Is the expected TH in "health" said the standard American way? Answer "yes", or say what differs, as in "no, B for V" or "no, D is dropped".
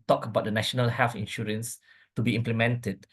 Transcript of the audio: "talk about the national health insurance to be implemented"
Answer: no, F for TH